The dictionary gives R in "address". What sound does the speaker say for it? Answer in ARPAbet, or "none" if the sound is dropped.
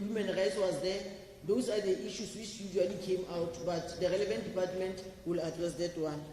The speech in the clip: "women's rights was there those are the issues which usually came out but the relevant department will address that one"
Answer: R